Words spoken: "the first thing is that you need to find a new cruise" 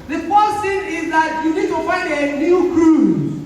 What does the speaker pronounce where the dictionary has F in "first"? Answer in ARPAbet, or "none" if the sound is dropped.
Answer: P